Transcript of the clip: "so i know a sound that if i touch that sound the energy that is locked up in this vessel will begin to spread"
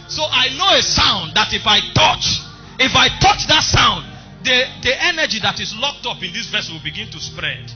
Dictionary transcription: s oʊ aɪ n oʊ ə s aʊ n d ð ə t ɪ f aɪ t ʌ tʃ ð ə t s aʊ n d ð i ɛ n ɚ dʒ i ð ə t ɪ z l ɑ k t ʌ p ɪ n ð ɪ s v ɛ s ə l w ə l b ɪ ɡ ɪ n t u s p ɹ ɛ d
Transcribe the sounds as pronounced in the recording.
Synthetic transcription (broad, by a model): s oʊ aɪ n oʊ ə s aʊ n d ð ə t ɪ f aɪ t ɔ tʃ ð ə t s aʊ n d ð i ɛ n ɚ dʒ i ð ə t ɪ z l ɑ k t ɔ p ɪ n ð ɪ s v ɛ s w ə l b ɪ ɡ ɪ n t u s p ɹ ɛ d